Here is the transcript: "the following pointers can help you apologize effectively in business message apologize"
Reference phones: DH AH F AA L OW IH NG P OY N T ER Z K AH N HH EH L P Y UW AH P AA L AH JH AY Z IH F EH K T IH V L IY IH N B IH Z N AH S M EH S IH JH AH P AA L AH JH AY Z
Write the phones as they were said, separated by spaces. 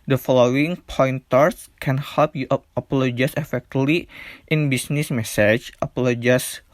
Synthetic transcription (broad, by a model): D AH F AA L OW IH NG P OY N T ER S K AH N HH EH L P Y UW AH P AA L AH JH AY S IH F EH K T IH L IY IH N B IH S N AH S M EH S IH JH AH P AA L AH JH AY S